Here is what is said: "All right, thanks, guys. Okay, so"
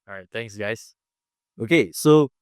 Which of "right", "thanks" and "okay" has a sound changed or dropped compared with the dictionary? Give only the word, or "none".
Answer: thanks